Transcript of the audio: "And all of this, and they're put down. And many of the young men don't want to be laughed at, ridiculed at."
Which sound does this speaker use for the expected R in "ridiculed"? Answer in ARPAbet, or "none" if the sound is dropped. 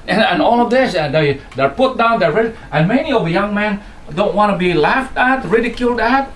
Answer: R